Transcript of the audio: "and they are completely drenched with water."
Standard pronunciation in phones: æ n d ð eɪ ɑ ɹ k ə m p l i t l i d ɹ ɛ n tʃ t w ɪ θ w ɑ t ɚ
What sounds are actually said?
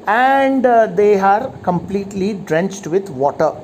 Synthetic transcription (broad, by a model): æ n d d eɪ ɑ ɹ k ə m p l i t l i d ɹ ɛ n tʃ t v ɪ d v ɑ t ɚ